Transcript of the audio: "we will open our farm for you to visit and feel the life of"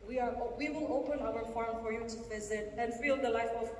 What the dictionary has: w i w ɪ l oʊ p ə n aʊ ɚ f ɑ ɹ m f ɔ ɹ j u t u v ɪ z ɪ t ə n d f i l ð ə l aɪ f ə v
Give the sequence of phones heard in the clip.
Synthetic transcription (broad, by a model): w i w ɪ l oʊ p ə n aʊ ɚ f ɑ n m f ɔ ɹ j u t u v ɪ z ɪ t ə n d f i l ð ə l aɪ f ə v